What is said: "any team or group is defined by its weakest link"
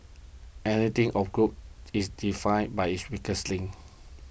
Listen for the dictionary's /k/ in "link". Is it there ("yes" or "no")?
no